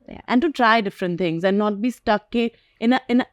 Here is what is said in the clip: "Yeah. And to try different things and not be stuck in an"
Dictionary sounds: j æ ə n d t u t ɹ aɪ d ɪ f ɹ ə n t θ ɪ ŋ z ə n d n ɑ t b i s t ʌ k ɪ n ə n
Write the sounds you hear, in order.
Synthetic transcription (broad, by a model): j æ ə n d t u t ɹ aɪ d ɪ f ɹ ə n t t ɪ ŋ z ə n d n ɑ t b i s t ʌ k ɪ n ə n